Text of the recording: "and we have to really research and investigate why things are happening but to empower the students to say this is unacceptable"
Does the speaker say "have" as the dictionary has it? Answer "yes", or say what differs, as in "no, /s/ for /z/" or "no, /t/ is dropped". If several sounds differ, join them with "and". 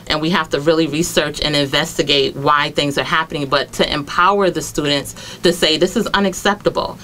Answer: no, /f/ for /v/